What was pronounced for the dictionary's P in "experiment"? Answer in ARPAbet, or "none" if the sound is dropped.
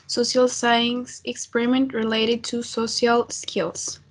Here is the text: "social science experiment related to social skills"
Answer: P